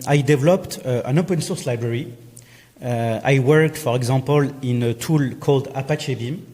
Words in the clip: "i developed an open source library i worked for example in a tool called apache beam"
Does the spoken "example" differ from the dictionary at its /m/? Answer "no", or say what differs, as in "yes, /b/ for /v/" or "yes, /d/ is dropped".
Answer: yes, /m/ is dropped